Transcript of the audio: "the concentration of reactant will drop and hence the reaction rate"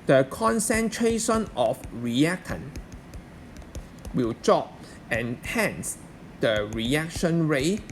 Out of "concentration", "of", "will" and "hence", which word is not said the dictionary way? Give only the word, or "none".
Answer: of